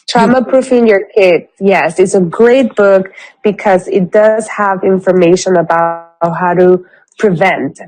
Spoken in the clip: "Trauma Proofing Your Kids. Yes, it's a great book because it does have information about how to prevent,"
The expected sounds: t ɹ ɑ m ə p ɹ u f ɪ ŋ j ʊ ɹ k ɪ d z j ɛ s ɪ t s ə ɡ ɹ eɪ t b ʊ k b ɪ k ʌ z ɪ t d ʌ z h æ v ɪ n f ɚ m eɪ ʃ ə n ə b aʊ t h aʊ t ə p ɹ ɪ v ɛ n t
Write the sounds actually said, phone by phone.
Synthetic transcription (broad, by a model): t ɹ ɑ m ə p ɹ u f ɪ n j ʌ ɹ k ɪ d j ɛ s ɪ t s ə ɡ ɹ eɪ t b ʊ k b ɪ k ʌ z ɪ t d ʌ z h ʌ v ɪ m f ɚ m eɪ ʃ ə n ə b aʊ t h aʊ t ə p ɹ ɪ v ɛ n t